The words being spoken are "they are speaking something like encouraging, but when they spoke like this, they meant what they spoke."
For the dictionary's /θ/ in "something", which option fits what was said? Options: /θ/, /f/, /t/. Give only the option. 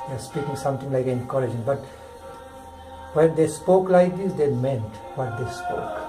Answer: /t/